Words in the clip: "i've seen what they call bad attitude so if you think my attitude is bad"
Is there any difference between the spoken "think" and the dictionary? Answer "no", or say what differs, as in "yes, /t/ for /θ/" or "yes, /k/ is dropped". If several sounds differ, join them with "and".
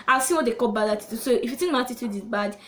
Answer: yes, /t/ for /θ/